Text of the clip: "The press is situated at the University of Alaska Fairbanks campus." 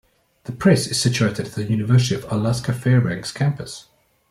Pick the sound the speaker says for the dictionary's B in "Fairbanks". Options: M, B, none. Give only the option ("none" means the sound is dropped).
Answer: none